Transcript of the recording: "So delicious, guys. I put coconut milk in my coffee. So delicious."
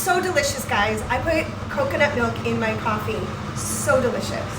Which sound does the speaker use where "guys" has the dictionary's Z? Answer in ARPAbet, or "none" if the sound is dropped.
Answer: Z